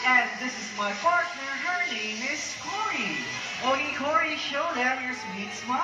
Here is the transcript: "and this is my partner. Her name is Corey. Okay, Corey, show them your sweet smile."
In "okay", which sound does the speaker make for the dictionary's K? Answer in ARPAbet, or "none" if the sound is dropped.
none